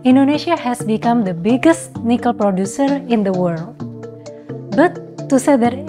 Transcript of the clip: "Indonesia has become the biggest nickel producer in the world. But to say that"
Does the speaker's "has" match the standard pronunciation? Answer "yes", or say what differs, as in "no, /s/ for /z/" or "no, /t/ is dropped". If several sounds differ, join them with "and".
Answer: no, /s/ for /z/